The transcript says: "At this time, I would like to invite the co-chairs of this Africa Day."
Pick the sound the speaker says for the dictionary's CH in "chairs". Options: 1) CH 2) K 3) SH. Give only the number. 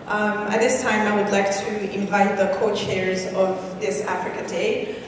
1